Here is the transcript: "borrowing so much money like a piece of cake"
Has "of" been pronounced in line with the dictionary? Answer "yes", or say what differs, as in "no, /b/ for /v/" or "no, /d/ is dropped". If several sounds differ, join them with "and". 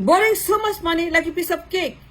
no, /b/ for /v/